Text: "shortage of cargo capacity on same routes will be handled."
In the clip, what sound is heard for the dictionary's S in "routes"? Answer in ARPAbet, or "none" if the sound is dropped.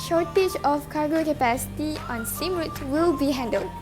none